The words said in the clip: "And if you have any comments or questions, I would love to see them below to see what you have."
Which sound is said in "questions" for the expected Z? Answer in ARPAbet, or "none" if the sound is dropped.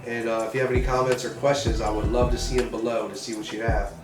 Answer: Z